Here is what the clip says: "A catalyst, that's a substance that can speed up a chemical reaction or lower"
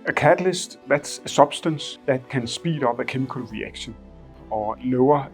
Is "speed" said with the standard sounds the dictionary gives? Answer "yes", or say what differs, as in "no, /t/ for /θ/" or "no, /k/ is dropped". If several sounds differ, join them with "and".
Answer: no, /b/ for /p/